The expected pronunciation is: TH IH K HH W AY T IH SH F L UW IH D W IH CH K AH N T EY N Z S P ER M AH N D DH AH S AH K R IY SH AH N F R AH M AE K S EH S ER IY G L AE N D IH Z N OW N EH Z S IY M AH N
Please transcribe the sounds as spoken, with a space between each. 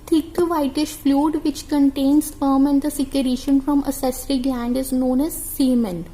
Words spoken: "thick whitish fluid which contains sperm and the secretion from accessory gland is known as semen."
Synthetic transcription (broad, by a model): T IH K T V AY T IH SH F L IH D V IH CH K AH N T EY N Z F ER M AH N D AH S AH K R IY SH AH N F R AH M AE S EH S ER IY G L AE N D IH Z N OW N EH Z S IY M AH N